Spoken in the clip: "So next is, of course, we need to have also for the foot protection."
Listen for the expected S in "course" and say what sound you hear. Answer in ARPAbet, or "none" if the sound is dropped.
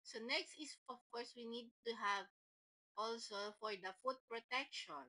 S